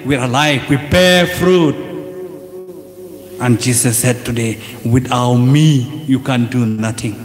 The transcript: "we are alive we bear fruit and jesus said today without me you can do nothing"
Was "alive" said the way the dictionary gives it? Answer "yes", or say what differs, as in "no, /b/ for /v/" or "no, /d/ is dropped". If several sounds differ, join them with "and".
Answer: no, /f/ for /v/